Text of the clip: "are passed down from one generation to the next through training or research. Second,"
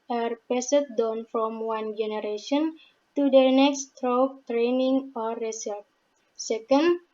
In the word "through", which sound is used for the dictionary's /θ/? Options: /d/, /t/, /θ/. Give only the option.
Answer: /t/